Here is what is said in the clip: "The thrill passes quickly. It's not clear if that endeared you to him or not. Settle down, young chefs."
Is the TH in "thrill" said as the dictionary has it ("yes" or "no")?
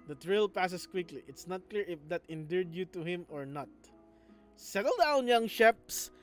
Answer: no